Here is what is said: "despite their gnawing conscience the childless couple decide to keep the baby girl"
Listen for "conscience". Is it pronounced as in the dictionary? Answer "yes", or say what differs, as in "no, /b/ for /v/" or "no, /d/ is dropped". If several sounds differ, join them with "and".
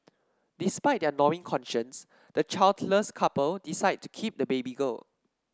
yes